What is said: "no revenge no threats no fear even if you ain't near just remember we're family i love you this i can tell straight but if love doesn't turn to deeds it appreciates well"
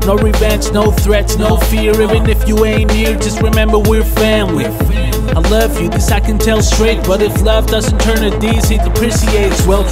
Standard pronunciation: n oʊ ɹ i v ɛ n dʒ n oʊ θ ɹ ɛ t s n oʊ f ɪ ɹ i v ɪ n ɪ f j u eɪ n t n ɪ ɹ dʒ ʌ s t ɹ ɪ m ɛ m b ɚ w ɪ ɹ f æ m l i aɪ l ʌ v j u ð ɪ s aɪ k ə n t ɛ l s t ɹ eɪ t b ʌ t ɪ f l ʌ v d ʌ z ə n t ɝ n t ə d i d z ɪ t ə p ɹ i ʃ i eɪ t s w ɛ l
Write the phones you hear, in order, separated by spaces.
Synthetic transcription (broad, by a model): n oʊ ɹ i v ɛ n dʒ n oʊ θ ɹ ɛ t s n oʊ f ɪ ɹ i v ɪ n ɪ f j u eɪ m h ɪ ɹ dʒ ʌ s t ɹ ɪ m ɛ m b ɚ w ɪ ɹ f æ m l i aɪ l ʌ v j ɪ ð ɪ s aɪ k ə n t ɛ l s t ɹ eɪ t b ʌ t ɪ f l ʌ v d ʌ z ə n t ɝ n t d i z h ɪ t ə p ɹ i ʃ i eɪ t s w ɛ l